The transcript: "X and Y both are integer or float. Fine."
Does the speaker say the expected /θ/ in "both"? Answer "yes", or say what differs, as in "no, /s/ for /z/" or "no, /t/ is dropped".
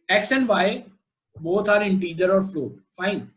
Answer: no, /t/ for /θ/